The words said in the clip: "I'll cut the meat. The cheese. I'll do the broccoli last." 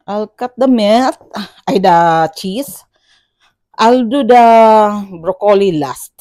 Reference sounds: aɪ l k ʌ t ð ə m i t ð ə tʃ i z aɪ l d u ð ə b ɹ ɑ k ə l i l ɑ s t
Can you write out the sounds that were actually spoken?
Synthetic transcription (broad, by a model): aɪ l k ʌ t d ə m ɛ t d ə tʃ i s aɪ l d u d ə b ɹ ɑ k ə l i l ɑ s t